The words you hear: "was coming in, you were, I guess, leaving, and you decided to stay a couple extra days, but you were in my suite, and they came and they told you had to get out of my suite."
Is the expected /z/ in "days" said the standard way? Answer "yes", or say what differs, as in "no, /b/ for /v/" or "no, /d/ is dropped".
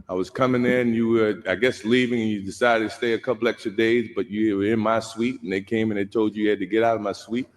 yes